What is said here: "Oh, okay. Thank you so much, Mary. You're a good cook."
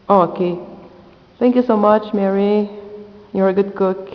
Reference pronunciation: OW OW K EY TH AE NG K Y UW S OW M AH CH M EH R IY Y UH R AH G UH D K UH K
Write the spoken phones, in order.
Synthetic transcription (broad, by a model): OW OW K EY T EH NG K Y UW S OW M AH CH M EH R IY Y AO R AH G UH D K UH K